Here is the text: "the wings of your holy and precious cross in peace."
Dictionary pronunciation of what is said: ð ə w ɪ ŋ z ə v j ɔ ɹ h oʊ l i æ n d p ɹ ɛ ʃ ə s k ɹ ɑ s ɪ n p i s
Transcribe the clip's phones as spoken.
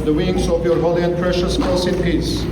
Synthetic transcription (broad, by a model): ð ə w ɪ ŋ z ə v j ɔ ɹ h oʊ l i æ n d p ɹ ɛ ʃ ə s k ɑ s ɪ n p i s